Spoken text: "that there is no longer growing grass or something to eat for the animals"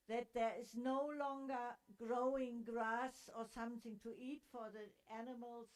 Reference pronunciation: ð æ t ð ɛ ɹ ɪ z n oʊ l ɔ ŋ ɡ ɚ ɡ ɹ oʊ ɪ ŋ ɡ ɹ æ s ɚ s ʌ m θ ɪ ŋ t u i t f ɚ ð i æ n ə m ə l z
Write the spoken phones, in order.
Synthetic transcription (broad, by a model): ð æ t ð ɛ ɹ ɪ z n oʊ l ɔ ŋ ɡ ɚ ɡ ɹ oʊ ɪ ŋ ɡ ɹ æ s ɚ s ʌ m θ ɪ ŋ t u i t f ɚ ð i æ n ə m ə l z